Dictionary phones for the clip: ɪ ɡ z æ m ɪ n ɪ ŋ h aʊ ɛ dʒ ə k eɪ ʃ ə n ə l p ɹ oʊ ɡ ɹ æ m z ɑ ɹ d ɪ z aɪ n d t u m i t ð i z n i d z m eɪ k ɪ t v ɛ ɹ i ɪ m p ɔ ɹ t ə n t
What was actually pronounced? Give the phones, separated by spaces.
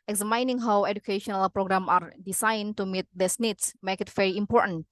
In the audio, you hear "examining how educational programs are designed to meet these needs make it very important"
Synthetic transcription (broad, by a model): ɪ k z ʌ m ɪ n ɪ ŋ h aʊ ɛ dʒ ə k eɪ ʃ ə n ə l p ɹ oʊ ɡ ɹ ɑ m ɑ ɹ d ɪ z aɪ n t u m i t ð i s n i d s m eɪ k ɪ t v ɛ ɹ i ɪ m p ɔ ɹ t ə n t